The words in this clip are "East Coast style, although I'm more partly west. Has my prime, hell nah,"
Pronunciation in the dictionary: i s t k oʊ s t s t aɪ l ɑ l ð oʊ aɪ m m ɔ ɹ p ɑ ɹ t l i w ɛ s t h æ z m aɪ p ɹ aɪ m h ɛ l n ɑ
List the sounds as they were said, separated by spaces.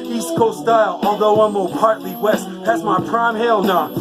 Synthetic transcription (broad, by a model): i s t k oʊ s s t aɪ l ɑ l ð oʊ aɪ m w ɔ l p ɑ ɹ t l i w ɛ s t h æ z m aɪ p ɹ aɪ m h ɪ l n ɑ